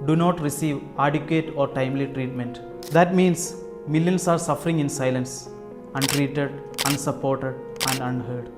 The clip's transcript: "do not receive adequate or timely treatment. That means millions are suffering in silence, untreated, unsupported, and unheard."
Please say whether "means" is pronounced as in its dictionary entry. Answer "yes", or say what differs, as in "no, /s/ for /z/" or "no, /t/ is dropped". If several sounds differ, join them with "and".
no, /s/ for /z/